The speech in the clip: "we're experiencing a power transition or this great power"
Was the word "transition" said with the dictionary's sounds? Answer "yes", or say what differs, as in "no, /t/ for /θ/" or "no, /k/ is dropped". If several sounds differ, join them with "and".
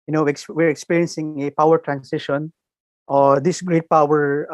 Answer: no, /s/ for /z/